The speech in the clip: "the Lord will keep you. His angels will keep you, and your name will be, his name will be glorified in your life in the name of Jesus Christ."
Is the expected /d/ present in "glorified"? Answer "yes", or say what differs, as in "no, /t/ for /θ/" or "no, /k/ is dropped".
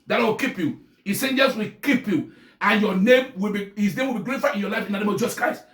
no, /d/ is dropped